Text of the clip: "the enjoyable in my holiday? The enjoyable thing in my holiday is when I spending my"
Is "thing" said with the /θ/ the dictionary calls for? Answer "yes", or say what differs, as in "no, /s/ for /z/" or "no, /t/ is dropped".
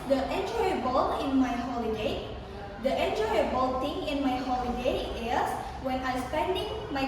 no, /t/ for /θ/